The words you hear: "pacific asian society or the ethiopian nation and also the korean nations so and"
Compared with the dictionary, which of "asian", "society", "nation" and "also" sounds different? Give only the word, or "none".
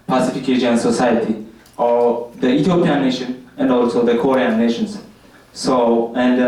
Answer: asian